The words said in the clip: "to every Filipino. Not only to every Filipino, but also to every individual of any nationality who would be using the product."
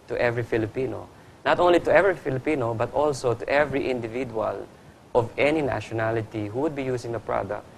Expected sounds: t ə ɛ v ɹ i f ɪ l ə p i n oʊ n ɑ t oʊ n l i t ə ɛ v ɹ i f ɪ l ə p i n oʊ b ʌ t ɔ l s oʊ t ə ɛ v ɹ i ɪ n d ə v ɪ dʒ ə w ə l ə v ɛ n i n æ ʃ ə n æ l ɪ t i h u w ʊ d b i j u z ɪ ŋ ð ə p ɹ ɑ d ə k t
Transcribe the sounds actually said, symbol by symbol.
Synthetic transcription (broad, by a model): t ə ɛ v ɹ i f ɪ l ə p i n oʊ n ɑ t oʊ n l i t ə ɛ v ɹ i f ɪ l ə p i n oʊ b ʌ t ɔ l s oʊ t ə ɛ v ɹ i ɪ n d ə v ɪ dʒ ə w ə l ə v ɛ n i n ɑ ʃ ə n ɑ l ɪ t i h u w ʊ d b i j u s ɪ ŋ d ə p ɹ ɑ d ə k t